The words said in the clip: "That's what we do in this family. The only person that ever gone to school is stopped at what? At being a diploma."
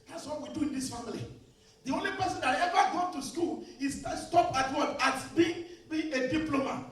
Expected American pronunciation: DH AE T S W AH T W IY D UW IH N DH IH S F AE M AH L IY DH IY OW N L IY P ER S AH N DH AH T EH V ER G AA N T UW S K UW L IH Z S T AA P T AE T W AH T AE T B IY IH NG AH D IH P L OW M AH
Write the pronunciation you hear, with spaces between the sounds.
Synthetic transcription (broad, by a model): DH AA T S W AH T W IY D UW IH N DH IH S F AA M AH L IY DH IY OW N L IY P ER S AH N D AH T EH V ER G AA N T UW S K UW L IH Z S T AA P AA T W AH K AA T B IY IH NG AH D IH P L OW M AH